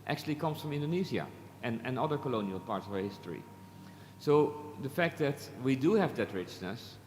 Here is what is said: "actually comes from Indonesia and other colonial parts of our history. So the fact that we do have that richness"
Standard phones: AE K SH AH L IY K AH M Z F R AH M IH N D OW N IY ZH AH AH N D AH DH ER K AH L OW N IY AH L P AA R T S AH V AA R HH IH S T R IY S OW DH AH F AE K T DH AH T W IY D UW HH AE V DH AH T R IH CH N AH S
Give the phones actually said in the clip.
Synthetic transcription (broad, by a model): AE K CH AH L IY K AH M S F R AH M IH N D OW N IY Z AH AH N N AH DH ER K AH L OW N IY AH L P AA R T S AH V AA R HH IH S T R IY S OW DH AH F AE K T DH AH T W IY D UW HH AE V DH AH T R IH CH N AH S